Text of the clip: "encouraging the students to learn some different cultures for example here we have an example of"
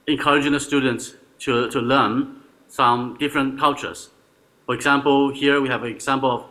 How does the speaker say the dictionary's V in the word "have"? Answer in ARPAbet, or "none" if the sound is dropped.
V